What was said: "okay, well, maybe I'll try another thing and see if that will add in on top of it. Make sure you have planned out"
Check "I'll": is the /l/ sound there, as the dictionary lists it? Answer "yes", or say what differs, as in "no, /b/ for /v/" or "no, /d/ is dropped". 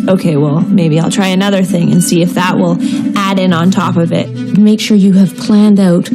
yes